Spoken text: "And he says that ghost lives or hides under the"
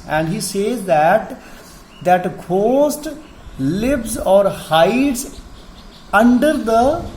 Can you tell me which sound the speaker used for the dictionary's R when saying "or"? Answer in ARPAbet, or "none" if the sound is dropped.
R